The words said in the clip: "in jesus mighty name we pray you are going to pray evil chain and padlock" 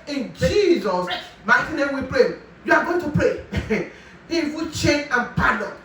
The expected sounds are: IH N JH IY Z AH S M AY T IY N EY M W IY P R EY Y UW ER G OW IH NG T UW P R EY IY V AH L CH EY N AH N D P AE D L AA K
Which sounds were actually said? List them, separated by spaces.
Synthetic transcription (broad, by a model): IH N JH IY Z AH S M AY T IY N EY M W IY P R EY Y UW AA G OW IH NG T UW P R EY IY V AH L CH EY N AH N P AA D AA